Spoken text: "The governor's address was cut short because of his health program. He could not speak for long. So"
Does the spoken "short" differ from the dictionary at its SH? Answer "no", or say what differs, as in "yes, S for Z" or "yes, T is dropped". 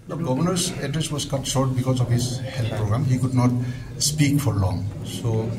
yes, S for SH